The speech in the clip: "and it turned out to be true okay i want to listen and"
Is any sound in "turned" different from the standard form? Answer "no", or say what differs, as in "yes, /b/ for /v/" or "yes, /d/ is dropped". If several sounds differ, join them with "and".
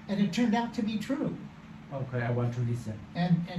no